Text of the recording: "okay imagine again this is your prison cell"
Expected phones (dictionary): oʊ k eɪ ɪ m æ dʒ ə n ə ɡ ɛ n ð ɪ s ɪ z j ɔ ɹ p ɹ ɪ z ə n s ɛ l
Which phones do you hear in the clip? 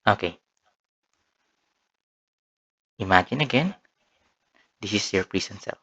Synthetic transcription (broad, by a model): oʊ k eɪ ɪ m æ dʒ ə n ə ɡ ɛ n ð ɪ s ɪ s j ɔ ɹ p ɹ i s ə n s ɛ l